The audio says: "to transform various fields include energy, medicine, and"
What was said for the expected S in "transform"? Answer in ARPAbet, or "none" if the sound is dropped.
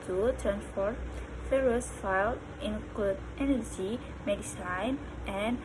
none